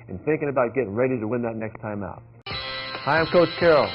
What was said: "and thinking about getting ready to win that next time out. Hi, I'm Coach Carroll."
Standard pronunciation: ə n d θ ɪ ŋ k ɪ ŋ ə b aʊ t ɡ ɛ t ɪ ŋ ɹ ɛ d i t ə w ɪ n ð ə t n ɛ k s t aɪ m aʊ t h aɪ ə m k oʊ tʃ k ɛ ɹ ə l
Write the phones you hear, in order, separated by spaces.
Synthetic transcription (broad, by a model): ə n θ ɪ ŋ k ɪ ŋ ə b aʊ t ɡ ɛ t ɪ ŋ ɹ ɛ d i t ə w ɪ n ð ə t n ɛ k s t aɪ m aʊ t h aɪ ə m k oʊ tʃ k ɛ ɹ l